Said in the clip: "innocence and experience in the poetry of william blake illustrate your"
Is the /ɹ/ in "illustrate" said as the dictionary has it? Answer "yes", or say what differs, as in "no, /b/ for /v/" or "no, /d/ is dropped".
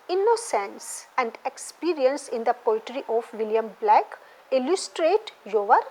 yes